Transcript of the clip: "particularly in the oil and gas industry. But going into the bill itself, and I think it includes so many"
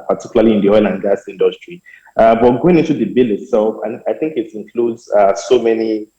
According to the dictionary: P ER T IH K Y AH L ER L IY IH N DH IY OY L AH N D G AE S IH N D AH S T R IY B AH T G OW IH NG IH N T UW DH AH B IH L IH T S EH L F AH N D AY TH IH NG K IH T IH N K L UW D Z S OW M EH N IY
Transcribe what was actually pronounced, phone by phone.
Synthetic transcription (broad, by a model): P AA T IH K Y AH L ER L IY IH N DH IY OY L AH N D G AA S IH N D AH S T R IY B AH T G OW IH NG IH N T UW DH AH B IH L IH T S EH L F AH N AY TH IH NG K IH T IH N K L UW D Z S OW M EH N IY